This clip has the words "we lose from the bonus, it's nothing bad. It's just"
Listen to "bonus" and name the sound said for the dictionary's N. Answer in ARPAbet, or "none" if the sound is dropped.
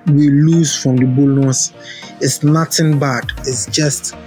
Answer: L